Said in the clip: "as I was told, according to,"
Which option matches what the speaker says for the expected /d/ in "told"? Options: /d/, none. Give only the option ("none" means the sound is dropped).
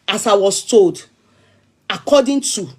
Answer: /d/